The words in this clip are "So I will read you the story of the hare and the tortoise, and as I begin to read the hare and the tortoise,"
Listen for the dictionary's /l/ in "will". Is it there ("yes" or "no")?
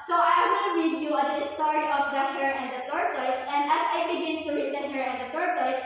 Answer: no